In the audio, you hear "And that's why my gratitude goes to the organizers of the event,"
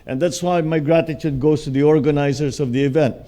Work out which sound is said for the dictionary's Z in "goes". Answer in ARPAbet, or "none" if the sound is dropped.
S